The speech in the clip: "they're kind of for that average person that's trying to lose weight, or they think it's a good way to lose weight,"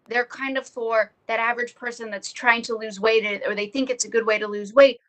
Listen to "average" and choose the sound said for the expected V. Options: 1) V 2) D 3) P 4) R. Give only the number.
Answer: 1